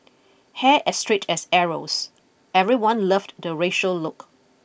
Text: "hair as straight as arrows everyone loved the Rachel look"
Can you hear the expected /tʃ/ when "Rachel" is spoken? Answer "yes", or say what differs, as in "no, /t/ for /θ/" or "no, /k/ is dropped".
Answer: no, /ʃ/ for /tʃ/